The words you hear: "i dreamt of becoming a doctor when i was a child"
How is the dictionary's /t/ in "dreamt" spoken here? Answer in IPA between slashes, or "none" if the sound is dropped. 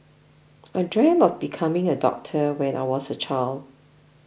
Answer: none